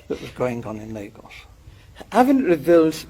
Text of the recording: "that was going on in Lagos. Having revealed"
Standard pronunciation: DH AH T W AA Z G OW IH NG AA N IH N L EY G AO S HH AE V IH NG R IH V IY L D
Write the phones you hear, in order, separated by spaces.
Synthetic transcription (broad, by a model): DH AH T W AA Z G OW IH NG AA N IH N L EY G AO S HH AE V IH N R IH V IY L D